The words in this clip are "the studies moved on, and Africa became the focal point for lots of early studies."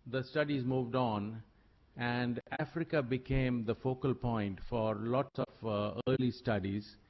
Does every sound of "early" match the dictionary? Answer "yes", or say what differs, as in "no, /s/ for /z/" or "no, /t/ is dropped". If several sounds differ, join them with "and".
yes